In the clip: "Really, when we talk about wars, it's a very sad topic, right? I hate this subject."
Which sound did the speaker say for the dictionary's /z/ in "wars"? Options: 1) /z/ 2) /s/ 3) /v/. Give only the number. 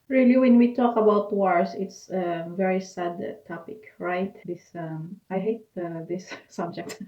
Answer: 2